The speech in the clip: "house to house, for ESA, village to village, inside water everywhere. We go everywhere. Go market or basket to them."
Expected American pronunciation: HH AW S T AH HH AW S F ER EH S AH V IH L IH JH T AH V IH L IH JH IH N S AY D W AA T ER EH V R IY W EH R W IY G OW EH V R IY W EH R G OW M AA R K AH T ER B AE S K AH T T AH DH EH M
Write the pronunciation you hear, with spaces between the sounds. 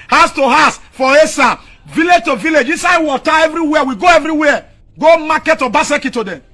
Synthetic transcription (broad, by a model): HH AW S T AH HH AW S F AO EH S AH V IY L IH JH T AH V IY L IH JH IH S AY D W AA T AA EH V R IY W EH W IY G OW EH V R IY W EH G OW M AA K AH T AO B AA S K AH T T AH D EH M